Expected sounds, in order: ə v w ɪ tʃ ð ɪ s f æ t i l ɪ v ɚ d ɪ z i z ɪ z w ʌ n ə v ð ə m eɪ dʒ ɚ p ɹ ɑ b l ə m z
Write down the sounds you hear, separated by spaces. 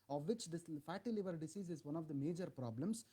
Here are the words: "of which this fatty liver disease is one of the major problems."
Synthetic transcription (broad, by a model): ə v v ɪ tʃ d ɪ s f æ t i l ɪ v ɚ d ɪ s i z ɪ z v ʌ n ə v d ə m eɪ dʒ ɚ p ɹ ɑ b l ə m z